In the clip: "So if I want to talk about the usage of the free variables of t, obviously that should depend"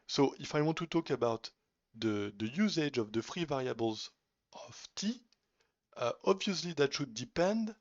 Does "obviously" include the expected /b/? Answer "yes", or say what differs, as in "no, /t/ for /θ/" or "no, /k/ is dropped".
yes